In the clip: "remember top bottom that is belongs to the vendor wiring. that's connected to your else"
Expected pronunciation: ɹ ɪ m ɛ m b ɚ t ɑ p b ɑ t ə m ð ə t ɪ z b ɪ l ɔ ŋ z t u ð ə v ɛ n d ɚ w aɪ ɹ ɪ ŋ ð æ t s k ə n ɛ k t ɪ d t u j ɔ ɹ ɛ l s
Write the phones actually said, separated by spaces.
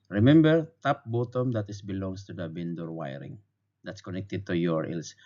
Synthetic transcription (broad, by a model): ɹ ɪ m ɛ m b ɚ t ɑ p b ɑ t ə m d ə t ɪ s b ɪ l ɔ ŋ s t u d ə b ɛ n d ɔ w aɪ ɹ ɪ ŋ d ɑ t s k ə n ɛ k t ɪ d t u j ɔ ɹ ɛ l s